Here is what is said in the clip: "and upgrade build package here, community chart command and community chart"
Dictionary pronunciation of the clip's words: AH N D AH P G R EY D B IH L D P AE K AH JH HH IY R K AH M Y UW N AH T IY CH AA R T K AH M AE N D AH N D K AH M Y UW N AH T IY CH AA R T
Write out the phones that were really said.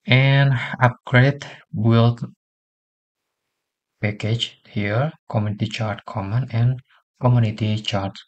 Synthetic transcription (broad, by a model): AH N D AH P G R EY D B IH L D P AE K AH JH HH IY R K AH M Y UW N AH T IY CH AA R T K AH M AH N AH N K AH M Y UW N AH T IY CH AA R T